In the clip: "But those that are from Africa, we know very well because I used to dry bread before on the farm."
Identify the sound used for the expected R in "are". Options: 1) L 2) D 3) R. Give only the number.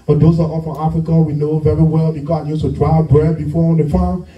1